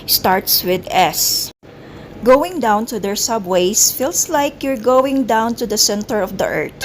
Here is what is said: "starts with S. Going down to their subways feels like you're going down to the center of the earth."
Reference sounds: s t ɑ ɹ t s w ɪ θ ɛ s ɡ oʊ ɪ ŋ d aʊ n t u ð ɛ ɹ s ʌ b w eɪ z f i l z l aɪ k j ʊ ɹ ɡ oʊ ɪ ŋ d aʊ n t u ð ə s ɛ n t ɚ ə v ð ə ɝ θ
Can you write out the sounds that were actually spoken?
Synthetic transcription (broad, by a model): s t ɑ ɹ t s w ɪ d ɛ s ɡ oʊ ɪ ŋ d aʊ n t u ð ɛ ɹ s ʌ b w eɪ s f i l s l aɪ k j ʊ ɹ ɡ oʊ ɪ ŋ d aʊ n t u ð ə s ɛ n t ɚ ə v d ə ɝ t